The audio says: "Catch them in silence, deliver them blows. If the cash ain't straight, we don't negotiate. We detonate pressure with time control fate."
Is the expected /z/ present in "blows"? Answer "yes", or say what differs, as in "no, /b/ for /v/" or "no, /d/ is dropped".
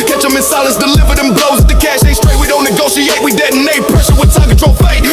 no, /z/ is dropped